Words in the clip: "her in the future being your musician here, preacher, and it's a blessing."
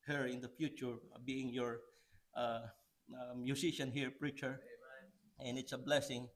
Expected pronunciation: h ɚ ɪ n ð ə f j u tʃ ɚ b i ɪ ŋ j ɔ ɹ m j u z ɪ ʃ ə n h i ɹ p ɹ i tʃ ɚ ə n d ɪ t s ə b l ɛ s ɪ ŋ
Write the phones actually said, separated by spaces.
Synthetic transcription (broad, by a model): h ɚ ɪ n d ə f j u tʃ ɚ b i ɪ ŋ j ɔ ɹ m j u s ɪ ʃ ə n h i ɹ p ɹ i tʃ ɚ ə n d ɪ t s ə b l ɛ s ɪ ŋ